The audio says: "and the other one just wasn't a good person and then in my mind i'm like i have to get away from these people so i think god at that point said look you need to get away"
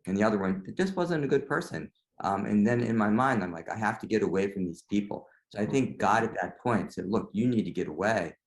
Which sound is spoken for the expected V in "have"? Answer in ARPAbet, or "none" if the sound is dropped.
F